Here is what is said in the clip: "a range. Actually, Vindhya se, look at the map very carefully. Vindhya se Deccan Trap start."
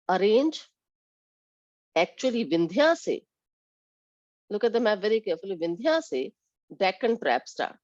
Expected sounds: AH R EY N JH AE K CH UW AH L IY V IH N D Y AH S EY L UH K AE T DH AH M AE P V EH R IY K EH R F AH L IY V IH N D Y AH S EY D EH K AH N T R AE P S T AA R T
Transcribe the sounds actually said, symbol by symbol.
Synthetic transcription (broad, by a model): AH R EY N JH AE K CH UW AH L IY V IH N D Y AH S EY L UH K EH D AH M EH V EH R IY K EH R F AH L IY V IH N D Y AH S EY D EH K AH N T R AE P S T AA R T